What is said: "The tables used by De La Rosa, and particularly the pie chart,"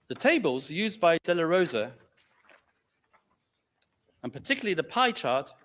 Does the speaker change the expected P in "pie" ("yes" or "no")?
no